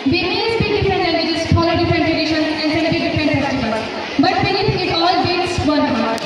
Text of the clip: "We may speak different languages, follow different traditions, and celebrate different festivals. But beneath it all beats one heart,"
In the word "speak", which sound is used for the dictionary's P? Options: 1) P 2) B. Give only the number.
2